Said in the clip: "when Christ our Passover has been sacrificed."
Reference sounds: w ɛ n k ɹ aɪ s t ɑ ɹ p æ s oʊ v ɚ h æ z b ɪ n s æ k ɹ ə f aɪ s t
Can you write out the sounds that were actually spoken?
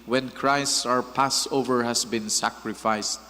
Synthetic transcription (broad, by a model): w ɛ n k ɹ aɪ s t ɑ ɹ p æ s oʊ v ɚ h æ s b ɪ n s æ k ɹ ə f aɪ s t